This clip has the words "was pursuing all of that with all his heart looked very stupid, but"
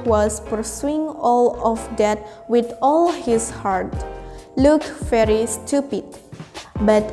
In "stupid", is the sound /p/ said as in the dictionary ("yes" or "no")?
yes